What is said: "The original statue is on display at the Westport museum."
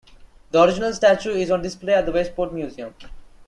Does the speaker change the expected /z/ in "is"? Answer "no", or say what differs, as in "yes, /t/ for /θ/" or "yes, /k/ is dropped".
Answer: no